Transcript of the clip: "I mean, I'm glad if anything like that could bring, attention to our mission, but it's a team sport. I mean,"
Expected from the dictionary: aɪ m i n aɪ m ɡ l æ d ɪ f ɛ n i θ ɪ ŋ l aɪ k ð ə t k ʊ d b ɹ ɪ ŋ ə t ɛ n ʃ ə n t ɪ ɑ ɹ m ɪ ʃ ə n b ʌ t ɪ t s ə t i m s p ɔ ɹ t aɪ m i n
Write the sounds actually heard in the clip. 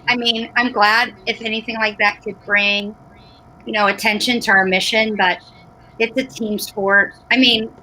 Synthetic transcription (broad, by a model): aɪ m i n aɪ m ɡ l æ d ɪ f ɛ n i θ ɪ ŋ l aɪ k ð ə t k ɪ d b ɹ ɪ ŋ ə t ɛ n ʃ ə n t ɪ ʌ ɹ m ɪ ʃ ə n b ʌ t ɪ t s ə t i m s p ɔ ɹ t aɪ m i n